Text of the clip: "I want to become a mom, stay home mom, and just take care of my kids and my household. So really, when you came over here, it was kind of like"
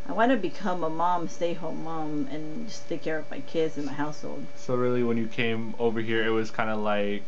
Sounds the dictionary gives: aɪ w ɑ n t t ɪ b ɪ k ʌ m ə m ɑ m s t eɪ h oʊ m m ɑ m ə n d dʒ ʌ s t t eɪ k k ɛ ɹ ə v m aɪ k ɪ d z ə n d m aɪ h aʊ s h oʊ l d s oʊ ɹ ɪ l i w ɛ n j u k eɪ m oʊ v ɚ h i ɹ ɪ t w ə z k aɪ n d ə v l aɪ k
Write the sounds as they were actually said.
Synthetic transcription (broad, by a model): aɪ w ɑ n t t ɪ b ɪ k ʌ m ə m ɑ m s t eɪ h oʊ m m ɑ m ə n dʒ ʌ s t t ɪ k k ɛ ɹ ə v m aɪ k ɪ d z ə n m aɪ h aʊ s h oʊ l d s oʊ ɹ ɪ l i w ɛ n j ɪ k eɪ m oʊ v ɚ h i ɹ ɪ t w ə z k aɪ n d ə l aɪ k